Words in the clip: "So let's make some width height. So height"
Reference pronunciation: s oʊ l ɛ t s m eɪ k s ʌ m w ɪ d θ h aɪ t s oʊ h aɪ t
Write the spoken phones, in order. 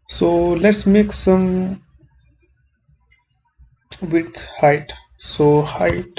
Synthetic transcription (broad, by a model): s oʊ l ɛ t s m eɪ k s ʌ m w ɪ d h aɪ t s oʊ h aɪ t